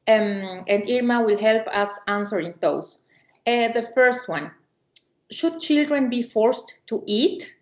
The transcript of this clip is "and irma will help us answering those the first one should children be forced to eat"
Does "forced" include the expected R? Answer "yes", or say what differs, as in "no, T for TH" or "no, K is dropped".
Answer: yes